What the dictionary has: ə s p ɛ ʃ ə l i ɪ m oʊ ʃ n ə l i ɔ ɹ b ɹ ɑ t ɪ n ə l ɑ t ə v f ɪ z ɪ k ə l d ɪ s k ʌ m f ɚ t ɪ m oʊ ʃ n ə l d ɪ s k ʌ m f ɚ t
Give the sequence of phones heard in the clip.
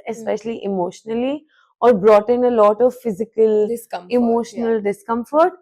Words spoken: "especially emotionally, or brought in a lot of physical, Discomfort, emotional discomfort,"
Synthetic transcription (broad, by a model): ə s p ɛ ʃ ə l i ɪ m oʊ ʃ n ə l i ɔ ɹ b ɹ ɑ t ɪ n ə l ɑ t ə v f ɪ z ɪ k ə l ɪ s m ɪ m oʊ ʃ n ə l d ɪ s k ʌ m f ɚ t